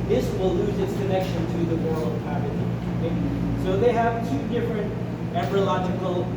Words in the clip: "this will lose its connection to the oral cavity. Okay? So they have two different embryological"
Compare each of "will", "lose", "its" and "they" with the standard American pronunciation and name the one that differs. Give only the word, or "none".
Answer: none